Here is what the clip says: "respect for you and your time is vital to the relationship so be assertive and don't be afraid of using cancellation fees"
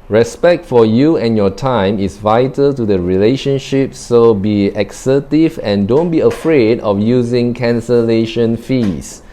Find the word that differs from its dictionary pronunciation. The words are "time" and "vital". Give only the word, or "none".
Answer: none